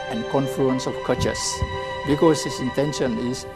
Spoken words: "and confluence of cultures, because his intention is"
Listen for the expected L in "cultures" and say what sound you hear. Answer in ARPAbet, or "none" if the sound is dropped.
none